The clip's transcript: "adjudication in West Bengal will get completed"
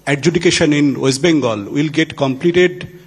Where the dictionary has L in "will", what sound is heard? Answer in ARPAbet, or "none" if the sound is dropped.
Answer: L